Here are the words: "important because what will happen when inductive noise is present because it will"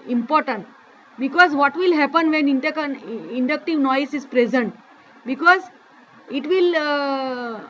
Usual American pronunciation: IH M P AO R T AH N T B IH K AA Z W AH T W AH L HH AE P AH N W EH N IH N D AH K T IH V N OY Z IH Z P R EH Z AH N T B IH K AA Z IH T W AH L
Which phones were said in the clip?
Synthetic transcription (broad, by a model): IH M P AO R T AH N T B IH K AA Z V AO T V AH L HH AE P AH N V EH N IH N D AH K T IH V N OY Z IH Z P R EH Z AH N T B IH K AA Z IH T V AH L